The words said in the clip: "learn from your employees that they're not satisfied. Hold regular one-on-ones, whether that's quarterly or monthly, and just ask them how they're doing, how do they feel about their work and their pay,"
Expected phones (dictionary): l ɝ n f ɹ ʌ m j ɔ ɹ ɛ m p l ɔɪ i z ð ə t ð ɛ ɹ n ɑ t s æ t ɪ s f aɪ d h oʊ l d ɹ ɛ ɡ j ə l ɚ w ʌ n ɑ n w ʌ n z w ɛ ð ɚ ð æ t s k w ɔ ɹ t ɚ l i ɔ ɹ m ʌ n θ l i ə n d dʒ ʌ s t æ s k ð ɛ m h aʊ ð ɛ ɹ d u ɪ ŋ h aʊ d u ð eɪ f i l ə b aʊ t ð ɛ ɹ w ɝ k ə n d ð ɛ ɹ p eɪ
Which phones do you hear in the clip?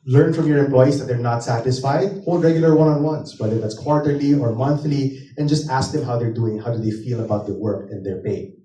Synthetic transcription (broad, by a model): l ɝ n f ɹ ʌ m j ɔ ɹ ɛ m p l ɔɪ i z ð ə t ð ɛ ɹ n ɑ t s æ t ɪ s f aɪ d h oʊ l d ɹ ɛ ɡ j ə l ɚ w ʌ n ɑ n w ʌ n s w ɛ ð ɚ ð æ t s k w ɔ ɹ t ɚ l i ɔ ɹ m ʌ n θ l i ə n dʒ ʌ s t æ s k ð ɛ m h aʊ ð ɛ ɹ d u ɪ ŋ h aʊ d u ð eɪ f i l ə b aʊ t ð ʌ w ɝ k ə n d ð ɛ ɹ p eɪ